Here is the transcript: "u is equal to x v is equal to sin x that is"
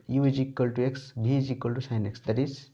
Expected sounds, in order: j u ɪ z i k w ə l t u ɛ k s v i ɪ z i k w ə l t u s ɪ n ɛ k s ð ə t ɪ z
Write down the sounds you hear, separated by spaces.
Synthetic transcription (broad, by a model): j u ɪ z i k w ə l t u ɛ k s b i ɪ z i k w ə l t u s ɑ n ɛ k s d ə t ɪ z